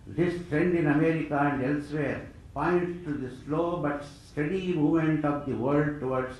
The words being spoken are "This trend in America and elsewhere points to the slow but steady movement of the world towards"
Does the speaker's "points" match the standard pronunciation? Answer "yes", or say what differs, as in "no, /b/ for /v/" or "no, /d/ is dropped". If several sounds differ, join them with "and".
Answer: no, /s/ is dropped